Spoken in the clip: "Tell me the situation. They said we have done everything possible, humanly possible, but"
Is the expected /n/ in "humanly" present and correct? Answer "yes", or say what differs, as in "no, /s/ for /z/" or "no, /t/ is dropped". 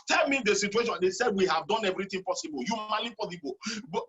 no, /n/ is dropped